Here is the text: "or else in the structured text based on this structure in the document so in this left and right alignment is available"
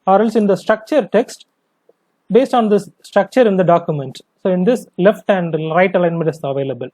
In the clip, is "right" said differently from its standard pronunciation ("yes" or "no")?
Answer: no